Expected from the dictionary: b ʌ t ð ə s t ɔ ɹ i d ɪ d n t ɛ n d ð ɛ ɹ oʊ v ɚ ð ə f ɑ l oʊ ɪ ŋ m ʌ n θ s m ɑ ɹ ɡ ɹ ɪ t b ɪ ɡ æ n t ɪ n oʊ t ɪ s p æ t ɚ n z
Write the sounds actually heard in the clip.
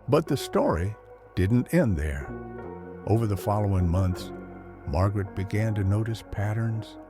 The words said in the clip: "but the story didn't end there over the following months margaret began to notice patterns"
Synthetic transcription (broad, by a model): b ʌ t ð ə s t ɔ ɹ i d ɪ d n t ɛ n ð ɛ ɹ oʊ v ɚ ð ə f ɑ l oʊ ɪ ŋ m ʌ n θ s m ɑ ɹ ɡ ɹ ɪ t b ɪ ɡ æ n t ɪ n oʊ t ɪ s p æ t ɚ n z